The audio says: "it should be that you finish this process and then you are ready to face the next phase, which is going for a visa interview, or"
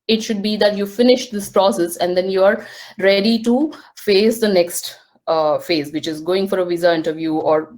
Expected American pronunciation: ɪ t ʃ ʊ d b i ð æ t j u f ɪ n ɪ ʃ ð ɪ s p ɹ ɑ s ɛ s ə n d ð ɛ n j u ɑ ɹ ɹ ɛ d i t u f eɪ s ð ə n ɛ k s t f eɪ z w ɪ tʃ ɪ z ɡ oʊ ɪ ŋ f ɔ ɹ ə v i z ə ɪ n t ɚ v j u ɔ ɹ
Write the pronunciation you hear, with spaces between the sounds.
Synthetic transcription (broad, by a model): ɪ t ʃ ʊ d b i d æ t j u f ɪ n ɪ ʃ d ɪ s p ɹ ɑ s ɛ s ə n d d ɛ n j u ɑ ɹ ɹ ɛ d i t u f eɪ s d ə n ɛ k s t f eɪ z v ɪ tʃ ɪ z ɡ oʊ ɪ ŋ f ɔ ɹ ə v i z ə ɪ n t ɚ v j u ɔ ɹ